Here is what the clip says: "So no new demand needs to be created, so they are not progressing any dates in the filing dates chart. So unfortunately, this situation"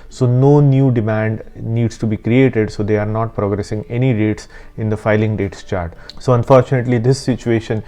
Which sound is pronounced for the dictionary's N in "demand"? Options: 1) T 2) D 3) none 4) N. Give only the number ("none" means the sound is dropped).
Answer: 4